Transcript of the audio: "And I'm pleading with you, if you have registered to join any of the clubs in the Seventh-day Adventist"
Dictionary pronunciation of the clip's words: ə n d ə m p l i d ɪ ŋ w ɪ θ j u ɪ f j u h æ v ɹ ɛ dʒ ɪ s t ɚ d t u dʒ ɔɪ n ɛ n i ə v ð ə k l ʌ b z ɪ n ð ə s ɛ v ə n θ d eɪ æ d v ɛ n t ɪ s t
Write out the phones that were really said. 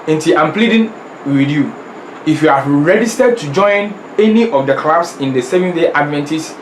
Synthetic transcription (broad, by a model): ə n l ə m p l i d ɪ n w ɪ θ j u ɪ f j u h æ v ɹ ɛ dʒ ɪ s t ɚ d t u dʒ ɔɪ n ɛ n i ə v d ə k l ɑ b s ɪ n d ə s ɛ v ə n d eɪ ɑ d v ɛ n t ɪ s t